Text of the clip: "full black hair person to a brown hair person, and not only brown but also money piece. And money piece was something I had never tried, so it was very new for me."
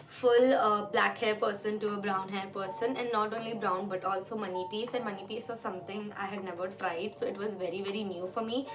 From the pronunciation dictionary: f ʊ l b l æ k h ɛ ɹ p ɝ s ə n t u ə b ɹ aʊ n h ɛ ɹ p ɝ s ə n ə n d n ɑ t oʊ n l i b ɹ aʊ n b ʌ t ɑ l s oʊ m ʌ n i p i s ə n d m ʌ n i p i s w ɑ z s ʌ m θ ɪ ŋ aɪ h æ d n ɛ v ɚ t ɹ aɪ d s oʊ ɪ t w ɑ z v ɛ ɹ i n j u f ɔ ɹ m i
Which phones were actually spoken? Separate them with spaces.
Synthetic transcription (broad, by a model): f ʊ l b l æ k h ɛ ɹ p ɝ s ə n t u ə b ɹ aʊ n h ɛ ɹ p ɝ s ə n ə n d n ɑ t oʊ n l i b ɹ aʊ n b ʌ t ɑ l s oʊ m ʌ n i p i s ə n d m ʌ n i p i s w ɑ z s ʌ m t ɪ ŋ aɪ h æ d n ɛ v ɚ t ɹ aɪ d s oʊ ɪ t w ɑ z v ɛ ɹ i n j u f ɔ ɹ m i